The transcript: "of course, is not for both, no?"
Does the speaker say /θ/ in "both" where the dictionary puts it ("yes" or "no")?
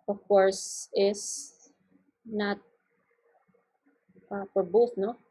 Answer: no